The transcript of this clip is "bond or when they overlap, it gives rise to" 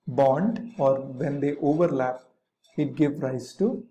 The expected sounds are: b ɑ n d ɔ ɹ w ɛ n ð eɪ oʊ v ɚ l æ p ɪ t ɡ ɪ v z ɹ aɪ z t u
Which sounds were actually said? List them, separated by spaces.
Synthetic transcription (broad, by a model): b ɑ n d ɔ ɹ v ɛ n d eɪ oʊ v ɚ l æ p ɪ t ɡ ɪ v ɹ aɪ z t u